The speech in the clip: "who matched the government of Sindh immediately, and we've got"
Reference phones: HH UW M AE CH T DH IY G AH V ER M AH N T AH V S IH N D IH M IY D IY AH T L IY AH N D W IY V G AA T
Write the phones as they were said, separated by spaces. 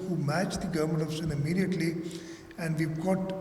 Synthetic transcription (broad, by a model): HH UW M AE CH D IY G AH V ER M AH N T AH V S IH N IH M IY D IY AH T L IY AH N D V IY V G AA T